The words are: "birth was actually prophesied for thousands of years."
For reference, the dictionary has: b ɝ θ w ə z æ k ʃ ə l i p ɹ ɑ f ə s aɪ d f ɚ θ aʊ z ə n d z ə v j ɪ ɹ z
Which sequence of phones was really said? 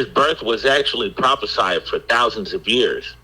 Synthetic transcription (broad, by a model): b ɝ θ w ə z æ k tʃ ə l i p ɹ ɑ f ə s aɪ d f ɚ θ aʊ z ə n d z ə v j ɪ ɹ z